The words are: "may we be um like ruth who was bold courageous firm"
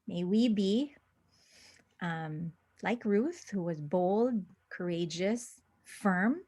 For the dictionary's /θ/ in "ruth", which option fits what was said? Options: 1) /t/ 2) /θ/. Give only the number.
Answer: 2